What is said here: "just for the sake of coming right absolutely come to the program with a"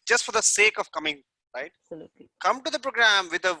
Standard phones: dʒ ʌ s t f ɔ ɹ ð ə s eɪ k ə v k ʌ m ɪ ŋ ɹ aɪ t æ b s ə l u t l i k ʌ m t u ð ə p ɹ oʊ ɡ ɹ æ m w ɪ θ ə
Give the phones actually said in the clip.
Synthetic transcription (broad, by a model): dʒ ʌ s t f ɔ ɹ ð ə s eɪ k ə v k ʌ m ɪ ŋ ɹ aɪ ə t k ʌ m t u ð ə p ɹ oʊ ɡ ɹ æ m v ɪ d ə